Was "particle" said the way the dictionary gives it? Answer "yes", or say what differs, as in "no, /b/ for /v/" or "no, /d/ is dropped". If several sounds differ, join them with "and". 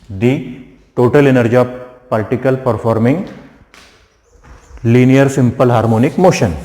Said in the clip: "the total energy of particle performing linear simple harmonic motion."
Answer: no, /l/ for /ɹ/